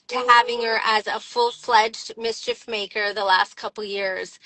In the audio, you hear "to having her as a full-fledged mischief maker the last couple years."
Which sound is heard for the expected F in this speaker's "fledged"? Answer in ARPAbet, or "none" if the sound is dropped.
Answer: F